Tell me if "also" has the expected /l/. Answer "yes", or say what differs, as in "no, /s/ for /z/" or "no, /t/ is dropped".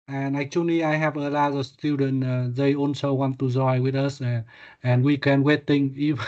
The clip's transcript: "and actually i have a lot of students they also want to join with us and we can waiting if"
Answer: no, /n/ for /l/